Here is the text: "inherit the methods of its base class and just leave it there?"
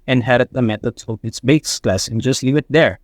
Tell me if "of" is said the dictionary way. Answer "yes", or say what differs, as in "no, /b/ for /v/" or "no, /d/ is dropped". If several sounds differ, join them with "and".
no, /p/ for /v/